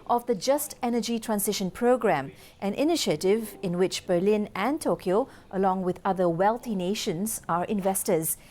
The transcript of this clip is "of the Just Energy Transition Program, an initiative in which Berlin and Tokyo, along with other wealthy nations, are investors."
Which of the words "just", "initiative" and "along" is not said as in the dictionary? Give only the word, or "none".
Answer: none